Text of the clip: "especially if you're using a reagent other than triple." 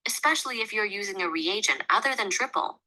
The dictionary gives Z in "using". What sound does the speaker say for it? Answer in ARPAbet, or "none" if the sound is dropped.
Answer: Z